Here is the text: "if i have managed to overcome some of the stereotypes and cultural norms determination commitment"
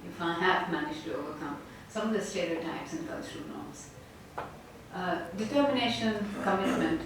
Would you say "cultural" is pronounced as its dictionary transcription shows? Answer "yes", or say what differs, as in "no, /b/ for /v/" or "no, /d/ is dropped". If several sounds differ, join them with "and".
no, /ʃ/ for /tʃ/